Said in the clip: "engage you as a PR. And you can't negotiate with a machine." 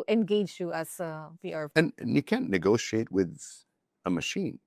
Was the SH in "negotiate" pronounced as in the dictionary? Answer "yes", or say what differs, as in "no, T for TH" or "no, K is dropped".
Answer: yes